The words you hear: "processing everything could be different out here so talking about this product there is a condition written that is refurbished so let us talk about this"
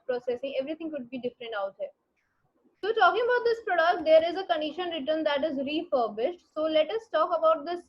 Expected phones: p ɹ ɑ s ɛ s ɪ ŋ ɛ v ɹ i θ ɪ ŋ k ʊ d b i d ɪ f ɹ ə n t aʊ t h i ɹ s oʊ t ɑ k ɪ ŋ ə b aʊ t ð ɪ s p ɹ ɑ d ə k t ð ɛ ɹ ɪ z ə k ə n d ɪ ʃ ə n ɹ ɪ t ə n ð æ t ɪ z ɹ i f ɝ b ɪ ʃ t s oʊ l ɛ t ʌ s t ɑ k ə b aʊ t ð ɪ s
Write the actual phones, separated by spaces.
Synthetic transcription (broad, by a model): p ɹ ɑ s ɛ s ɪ ŋ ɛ v ɹ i t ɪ ŋ k ʊ d b i d ɪ f ɹ ə n t aʊ t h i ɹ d t ɑ k ɪ ŋ ə b aʊ t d ɪ s p ɹ ɑ d ə k t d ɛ ɹ ɪ z ə k ə n d ɪ ʃ ə n ɹ ɪ t ə n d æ t ɪ z ɹ i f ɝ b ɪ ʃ t s oʊ l ɛ t ʌ s t ɑ k ə b aʊ t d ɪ s